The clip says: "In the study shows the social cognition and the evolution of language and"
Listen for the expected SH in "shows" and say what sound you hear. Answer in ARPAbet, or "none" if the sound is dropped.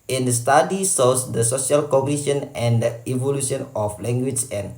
S